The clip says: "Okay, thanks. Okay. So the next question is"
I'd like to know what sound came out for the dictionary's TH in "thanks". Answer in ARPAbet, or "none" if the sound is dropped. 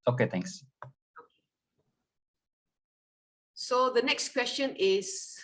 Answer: T